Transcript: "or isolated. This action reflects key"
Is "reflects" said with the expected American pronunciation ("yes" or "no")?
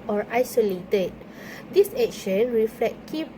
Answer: no